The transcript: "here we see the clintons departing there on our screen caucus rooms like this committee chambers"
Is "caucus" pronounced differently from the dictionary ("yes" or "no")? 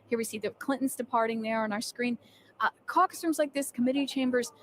yes